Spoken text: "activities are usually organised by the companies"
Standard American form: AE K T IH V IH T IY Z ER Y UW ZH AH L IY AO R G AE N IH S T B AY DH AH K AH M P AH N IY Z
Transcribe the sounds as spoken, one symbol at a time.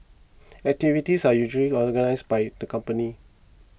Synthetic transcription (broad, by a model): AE K T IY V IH T IY S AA Y UW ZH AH L IY AO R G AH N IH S B AY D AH K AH M P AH N IY